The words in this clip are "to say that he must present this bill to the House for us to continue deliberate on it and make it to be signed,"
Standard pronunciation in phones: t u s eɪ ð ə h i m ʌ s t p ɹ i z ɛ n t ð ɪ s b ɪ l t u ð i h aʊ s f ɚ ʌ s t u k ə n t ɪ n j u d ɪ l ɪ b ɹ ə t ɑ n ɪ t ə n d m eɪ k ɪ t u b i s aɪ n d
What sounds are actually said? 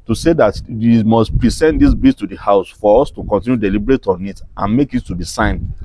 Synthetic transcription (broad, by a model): t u s eɪ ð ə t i m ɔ s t p ɹ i s ɛ n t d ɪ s b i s t u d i h aʊ s f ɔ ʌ s t u k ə n t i n j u d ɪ l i b ɹ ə t ɑ n ɪ t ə n m eɪ k ɪ t u b i s aɪ n